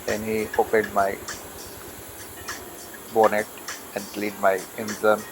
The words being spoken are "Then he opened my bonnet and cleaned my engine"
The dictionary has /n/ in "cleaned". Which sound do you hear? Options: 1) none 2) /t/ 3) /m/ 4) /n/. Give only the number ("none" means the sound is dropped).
1